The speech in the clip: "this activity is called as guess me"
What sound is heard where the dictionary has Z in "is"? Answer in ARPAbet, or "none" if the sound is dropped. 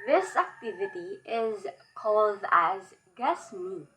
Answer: Z